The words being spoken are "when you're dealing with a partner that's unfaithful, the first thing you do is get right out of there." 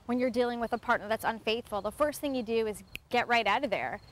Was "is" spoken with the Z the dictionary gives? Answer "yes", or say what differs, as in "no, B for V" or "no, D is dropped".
yes